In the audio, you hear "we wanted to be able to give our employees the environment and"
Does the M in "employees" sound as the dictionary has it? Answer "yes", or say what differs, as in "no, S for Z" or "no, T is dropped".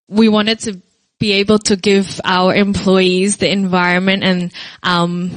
yes